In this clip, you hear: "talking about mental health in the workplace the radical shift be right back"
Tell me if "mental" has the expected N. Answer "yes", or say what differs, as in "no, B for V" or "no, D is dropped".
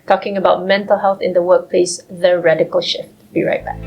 yes